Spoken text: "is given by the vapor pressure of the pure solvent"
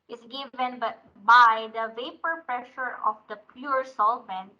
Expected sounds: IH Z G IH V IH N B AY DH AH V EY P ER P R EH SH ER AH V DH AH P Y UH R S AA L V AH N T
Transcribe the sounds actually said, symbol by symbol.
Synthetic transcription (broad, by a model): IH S G IH V IH N B AY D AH V EY P ER P R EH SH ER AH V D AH P Y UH R S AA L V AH N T